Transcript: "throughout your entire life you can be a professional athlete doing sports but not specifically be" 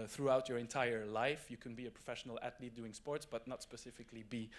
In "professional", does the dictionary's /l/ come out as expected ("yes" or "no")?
yes